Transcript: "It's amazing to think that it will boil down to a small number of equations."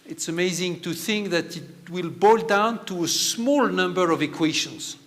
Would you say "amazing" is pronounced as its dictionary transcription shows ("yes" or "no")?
yes